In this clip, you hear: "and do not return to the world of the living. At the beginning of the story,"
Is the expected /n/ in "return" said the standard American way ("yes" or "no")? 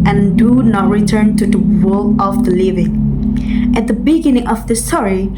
yes